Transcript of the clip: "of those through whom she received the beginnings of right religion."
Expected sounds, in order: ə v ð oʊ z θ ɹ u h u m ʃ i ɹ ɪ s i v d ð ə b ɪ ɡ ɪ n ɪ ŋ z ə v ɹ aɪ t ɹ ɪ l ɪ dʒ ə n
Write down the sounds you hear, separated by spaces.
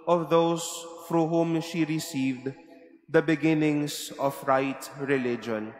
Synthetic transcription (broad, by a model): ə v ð oʊ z f ɹ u h u m ʃ i ɹ ɪ s i v d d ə b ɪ ɡ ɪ n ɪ ŋ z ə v ɹ aɪ t ɹ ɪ l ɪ dʒ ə n